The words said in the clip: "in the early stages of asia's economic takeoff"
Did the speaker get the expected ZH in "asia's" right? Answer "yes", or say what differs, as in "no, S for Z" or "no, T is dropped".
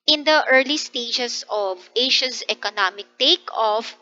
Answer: no, SH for ZH